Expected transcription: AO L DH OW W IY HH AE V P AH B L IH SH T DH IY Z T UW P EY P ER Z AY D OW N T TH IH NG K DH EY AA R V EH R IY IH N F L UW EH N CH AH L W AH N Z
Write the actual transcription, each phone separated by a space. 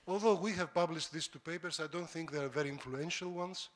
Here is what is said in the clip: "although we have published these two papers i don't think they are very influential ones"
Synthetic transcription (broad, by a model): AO L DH OW W IY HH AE V P AH B L IH SH T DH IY S T UW P EY P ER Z AY D OW N T TH IH NG K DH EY AA R V EH R IY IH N F L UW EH N SH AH L W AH N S